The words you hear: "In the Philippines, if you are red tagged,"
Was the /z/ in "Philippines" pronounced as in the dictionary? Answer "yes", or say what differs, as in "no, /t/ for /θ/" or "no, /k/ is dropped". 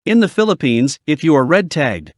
yes